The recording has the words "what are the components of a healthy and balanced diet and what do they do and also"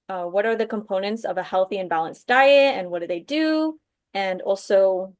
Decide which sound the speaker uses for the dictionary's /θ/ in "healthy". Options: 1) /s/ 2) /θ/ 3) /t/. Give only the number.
2